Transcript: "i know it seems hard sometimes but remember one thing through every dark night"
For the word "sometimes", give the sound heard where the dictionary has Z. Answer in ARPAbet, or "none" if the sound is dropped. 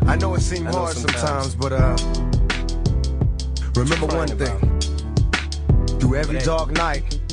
Z